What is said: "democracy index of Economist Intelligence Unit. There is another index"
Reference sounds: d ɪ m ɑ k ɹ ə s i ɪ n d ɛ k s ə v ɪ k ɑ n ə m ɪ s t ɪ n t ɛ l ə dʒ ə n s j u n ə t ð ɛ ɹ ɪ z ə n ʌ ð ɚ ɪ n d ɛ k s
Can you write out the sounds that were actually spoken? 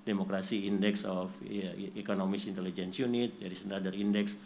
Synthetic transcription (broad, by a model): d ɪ m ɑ k ɹ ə s i n d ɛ k s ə f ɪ k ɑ n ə m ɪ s ɪ n t ɛ l ə dʒ ə n s j u n ə t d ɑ ɹ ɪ s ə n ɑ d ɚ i n d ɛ k s